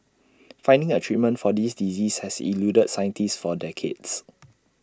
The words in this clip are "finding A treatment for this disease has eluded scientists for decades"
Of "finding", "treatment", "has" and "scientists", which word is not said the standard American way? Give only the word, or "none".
has